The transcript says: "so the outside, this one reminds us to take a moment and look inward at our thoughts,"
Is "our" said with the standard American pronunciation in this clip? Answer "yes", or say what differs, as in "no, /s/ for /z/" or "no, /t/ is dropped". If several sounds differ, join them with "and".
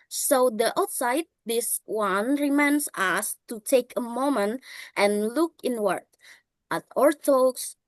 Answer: yes